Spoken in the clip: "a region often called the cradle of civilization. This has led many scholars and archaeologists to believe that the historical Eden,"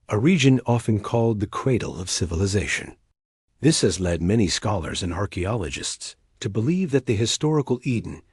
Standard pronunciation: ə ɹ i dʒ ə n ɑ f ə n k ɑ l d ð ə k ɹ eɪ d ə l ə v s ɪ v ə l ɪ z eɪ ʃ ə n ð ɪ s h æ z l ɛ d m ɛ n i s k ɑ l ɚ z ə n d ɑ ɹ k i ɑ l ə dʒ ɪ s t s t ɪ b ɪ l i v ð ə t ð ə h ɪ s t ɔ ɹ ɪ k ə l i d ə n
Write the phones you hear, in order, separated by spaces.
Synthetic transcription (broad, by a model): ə ɹ i dʒ ə n ɑ f ə n k ɑ l d ð ə k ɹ eɪ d l ə v s ɪ v ə l ɪ z eɪ ʃ ə n ð ɪ s h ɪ z l ɛ d m ɛ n i s k ɑ l ɚ z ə n ɑ ɹ k i ɑ l ə dʒ ɪ s t s t ɪ b ɪ l i v ð ə t ð ə h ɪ s t ɔ ɹ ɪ k l i d n